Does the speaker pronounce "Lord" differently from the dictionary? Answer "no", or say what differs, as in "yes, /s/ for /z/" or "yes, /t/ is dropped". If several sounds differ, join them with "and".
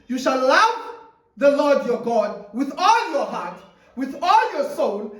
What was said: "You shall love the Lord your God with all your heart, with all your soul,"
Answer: no